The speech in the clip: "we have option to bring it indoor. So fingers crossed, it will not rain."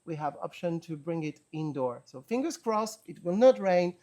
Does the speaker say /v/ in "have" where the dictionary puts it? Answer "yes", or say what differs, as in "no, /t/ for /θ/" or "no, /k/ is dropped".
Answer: yes